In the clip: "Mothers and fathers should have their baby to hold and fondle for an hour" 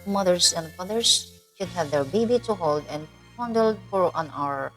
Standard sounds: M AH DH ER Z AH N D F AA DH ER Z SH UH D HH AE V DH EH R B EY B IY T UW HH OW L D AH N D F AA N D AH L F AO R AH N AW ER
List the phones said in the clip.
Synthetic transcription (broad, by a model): M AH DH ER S AH N D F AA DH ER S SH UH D HH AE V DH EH R B EY B IY T UW HH OW L D AH N D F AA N D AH L F AO R AH N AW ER